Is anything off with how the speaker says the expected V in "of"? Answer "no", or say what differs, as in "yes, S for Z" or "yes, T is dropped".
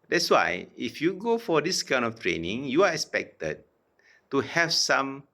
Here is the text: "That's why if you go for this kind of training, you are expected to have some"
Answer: yes, F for V